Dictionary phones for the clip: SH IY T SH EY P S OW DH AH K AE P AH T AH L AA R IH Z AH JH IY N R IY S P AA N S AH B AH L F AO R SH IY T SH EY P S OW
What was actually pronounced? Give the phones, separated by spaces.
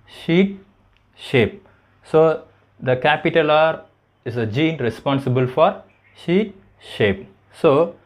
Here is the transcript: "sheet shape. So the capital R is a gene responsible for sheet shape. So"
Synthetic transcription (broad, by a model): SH IY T SH EY P S OW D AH K AE P AH T AH L AA R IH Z AH JH IY N R IY S P AA N S AH B AH L F AO R SH IY T SH EY P S OW